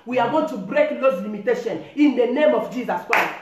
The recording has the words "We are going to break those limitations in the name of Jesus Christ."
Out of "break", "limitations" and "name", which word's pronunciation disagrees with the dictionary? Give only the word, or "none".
limitations